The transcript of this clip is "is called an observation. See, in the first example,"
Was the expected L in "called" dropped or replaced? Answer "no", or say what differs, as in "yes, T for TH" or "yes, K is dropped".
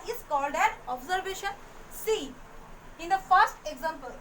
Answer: no